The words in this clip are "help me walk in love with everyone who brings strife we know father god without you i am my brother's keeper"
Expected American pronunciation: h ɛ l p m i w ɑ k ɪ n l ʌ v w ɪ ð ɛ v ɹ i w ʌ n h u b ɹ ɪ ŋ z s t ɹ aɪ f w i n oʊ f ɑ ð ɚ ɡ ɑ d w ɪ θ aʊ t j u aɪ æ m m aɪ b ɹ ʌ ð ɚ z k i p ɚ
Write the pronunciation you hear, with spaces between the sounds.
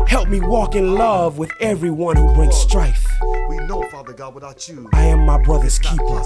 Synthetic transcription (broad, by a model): h ɛ l p m i w ɑ k ɪ n l ʌ v w ɪ ð ɛ v ɹ i w ʌ n h u b ɹ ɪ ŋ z s t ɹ aɪ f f ɑ ɪ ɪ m m aɪ b ɹ ʌ ð ɚ z k i p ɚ